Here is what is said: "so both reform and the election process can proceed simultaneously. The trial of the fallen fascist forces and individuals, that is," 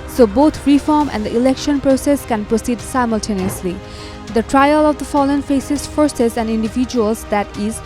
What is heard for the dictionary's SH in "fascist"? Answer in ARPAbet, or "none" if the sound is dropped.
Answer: S